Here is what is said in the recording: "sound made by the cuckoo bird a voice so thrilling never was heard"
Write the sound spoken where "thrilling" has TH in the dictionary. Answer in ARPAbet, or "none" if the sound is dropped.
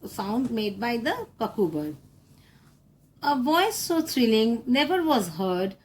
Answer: T